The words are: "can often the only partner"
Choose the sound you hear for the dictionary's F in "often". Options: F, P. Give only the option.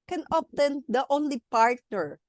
P